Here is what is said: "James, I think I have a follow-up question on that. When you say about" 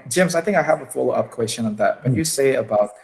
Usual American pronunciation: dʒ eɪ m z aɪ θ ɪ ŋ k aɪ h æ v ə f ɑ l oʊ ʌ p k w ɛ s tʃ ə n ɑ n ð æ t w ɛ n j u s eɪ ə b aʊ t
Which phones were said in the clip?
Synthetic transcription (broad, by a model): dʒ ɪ m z aɪ θ ɪ ŋ k aɪ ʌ v ə f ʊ l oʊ ʌ p k w ɛ s tʃ ə n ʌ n ð æ t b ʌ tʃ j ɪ s eɪ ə b aʊ t